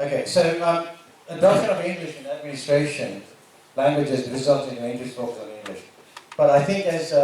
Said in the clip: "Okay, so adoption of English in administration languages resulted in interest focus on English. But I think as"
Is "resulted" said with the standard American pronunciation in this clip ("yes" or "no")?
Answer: no